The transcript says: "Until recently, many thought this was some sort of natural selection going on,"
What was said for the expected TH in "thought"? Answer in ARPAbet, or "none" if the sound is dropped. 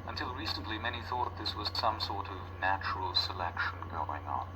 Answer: TH